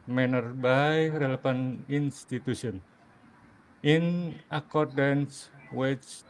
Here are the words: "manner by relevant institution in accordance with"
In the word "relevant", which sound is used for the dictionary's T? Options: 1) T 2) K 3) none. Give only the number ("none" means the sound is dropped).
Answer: 3